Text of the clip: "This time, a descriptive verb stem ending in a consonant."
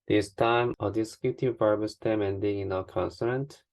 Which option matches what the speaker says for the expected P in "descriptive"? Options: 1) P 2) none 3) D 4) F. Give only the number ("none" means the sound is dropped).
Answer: 2